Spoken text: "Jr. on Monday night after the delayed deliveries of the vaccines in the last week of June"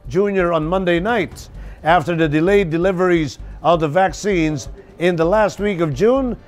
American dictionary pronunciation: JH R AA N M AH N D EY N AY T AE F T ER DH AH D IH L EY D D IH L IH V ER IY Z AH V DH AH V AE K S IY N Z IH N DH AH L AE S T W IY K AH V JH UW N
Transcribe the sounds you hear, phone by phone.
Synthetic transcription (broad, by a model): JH R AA N M AH N D EY N AY T AE F T ER DH AH D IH L EY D D IH L IH V ER IY Z AH V DH AH V AE K S IY N Z IH N DH AH L AE S T W IY K AH V JH UW N